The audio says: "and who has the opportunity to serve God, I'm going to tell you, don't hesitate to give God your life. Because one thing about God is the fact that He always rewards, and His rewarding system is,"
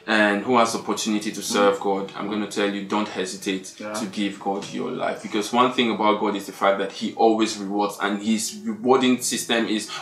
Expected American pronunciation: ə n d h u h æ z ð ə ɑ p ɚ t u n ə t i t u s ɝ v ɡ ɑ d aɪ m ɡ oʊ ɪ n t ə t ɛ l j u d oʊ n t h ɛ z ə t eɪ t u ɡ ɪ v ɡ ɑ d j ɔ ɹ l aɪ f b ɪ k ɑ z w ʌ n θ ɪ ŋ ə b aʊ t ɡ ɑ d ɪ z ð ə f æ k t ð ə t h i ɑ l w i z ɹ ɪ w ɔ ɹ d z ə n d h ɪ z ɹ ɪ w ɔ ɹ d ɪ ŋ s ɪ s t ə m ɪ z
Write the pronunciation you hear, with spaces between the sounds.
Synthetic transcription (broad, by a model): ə n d h u h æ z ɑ p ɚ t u n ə t i t u s ɝ v ɡ ɑ d aɪ m ɡ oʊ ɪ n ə t ɛ l j u d oʊ n t h ɛ z ə t eɪ t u ɡ ɪ v ɡ ɑ d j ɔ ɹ l aɪ f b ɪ k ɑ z w ʌ n θ ɪ ŋ ə b aʊ t ɡ ɑ d ɪ z ð ə f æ k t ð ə t h i ɑ l w i z ɹ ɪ w ɔ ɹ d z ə n h ɪ z ɹ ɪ w ɔ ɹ d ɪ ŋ s ɪ s t ə m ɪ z